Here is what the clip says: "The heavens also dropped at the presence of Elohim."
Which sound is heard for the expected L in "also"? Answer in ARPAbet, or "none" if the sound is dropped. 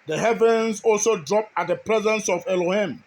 L